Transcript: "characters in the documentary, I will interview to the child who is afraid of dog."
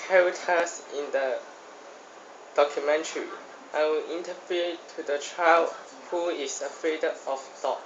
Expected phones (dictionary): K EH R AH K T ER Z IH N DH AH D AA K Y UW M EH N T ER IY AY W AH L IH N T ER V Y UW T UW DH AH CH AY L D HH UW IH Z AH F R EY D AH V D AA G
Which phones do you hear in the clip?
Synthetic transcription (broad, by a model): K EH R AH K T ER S IH N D AH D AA K Y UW M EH N T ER IY AY W AH L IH N T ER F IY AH T UW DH AH CH AY L D HH UW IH S AH F R EY D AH F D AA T